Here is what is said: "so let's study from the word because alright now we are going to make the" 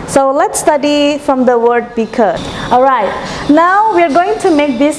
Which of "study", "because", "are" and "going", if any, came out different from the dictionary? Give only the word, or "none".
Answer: because